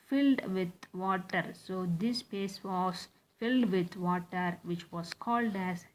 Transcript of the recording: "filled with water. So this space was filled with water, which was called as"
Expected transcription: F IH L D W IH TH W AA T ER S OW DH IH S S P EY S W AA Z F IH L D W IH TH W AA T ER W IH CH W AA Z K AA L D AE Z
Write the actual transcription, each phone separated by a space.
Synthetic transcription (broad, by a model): F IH L D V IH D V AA T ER S OW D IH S S P EY S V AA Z F IH L D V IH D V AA T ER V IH CH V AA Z K AA L D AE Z